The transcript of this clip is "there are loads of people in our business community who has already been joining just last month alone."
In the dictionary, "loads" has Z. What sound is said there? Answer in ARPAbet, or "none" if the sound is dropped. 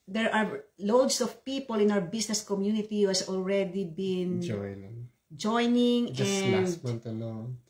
S